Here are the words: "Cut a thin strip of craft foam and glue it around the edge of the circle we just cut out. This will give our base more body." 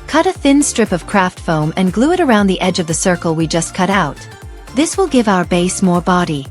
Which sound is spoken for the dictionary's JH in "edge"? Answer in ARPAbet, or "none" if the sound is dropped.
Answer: JH